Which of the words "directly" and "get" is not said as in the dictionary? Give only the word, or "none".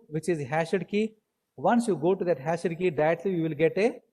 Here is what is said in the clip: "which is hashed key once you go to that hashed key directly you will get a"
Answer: directly